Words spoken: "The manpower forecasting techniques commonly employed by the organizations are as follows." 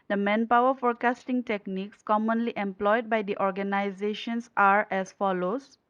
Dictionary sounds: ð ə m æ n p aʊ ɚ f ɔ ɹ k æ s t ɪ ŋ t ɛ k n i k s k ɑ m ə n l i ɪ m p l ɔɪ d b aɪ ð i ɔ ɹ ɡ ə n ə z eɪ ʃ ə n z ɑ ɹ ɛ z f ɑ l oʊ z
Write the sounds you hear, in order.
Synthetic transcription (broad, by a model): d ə m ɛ n p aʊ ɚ f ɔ ɹ k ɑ s t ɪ ŋ t ɛ k n i k s k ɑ m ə n l i ɪ m p l ɔɪ d b aɪ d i ɔ ɹ ɡ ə n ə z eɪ ʃ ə n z ɑ ɹ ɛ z f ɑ l oʊ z